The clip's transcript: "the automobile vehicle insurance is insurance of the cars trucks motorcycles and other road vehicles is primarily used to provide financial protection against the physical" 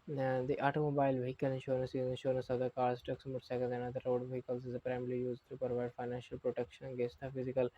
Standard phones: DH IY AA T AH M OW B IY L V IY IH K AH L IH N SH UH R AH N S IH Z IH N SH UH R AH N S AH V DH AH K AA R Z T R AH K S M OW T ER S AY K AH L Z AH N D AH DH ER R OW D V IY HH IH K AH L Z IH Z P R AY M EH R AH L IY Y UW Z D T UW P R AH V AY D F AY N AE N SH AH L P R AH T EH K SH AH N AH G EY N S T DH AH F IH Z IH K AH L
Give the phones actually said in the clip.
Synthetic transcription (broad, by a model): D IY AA T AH M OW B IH L V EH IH K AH L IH N SH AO R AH N S IH Z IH N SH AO R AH N S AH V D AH K AA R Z T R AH K S M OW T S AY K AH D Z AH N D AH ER R OW D V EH HH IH K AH L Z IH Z P R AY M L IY Y UW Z T UW P R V AY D F AY N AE N SH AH L P R AH T EH K SH AH N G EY S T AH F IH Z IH K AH L